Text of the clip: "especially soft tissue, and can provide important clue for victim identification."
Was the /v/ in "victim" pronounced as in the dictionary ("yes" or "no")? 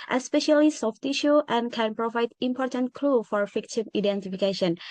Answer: no